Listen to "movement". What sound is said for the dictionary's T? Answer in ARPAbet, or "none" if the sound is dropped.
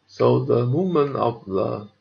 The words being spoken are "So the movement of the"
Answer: none